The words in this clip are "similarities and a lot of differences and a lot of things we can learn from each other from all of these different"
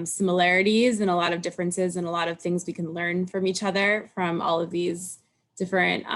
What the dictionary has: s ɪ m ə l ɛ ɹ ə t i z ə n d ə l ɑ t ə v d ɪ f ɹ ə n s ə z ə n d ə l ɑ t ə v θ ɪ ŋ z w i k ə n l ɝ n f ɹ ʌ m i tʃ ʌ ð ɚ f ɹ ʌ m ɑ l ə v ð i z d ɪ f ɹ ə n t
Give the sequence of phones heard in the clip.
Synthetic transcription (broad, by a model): s ɪ m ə l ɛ ɹ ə t i z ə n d ə l ɑ t ə v d ɪ f ɹ ə n s ə z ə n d ə l ɑ t ə v θ ɪ ŋ z w i k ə n l ɝ n f ɹ ʌ m i tʃ ʌ ð ɚ f ɹ ʌ m ɑ l ə v ð i z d ɪ f ɹ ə n t